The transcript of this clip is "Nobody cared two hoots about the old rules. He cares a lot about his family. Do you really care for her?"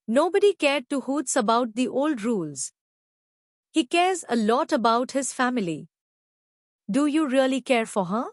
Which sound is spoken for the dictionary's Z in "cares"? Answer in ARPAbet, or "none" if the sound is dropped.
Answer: Z